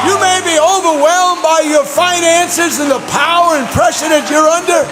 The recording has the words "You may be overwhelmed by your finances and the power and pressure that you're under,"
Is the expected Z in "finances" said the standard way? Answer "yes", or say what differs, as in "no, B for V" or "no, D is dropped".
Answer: yes